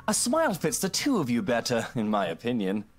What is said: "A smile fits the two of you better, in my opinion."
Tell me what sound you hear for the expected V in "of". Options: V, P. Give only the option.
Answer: V